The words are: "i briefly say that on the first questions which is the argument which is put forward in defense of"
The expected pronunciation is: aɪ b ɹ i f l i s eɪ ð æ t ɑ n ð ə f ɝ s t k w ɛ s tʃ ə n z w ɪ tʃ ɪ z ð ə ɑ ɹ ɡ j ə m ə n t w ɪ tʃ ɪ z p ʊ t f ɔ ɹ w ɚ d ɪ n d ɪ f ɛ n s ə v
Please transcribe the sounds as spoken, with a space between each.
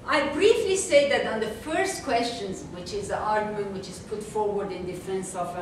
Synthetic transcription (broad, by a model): aɪ b ɹ i f l i s eɪ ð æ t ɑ n ð ə f ɝ s t k w ɛ s tʃ ə n z w ɪ tʃ ɪ z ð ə ɑ ɹ ɡ j ə m ə n t w ɪ tʃ ɪ z p ʊ t f ɔ ɹ w ɚ d ɪ n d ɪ f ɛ n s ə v